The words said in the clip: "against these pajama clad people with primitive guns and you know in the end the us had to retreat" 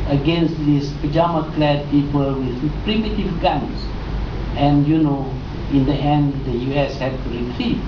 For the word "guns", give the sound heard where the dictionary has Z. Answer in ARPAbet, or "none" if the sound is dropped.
S